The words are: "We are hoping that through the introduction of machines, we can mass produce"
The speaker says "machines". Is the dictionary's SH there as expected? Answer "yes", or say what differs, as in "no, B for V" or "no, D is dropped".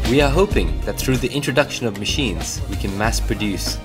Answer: yes